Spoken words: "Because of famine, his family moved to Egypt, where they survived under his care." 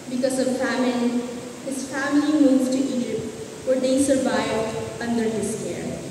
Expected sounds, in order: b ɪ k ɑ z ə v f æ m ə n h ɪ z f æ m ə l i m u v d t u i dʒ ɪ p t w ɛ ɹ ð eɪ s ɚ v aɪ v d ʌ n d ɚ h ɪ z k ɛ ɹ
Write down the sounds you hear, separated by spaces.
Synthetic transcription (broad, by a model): b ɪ k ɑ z ə v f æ m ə l h ɪ z f æ m ə l i m u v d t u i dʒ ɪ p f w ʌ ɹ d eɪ s ɚ v aɪ v d ʌ n d ɚ h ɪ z k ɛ ɹ